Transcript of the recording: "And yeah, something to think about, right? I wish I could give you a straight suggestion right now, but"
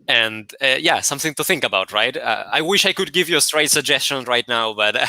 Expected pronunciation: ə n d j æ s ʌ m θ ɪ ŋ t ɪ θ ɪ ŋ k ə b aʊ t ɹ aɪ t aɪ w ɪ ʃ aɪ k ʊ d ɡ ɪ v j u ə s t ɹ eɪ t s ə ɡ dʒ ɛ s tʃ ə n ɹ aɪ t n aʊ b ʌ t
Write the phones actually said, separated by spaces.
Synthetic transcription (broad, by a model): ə n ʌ j æ s ʌ m θ ɪ ŋ t ɪ θ ɪ ŋ k ə b aʊ t ɹ aɪ t aɪ w ɪ ʃ aɪ k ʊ d ɡ ɪ v j ə s t ɹ eɪ t s ə ɡ dʒ ɛ s tʃ ə n ɹ aɪ t n aʊ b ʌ t